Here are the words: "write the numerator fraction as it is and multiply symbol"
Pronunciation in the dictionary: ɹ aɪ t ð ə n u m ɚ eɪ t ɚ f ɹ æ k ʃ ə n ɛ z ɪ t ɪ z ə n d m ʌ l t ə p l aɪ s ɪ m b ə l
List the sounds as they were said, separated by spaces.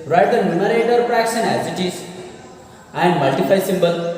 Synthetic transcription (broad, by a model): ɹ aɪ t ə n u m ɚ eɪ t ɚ p ɹ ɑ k s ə n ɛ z ɪ t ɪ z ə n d m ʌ l t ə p aɪ s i m b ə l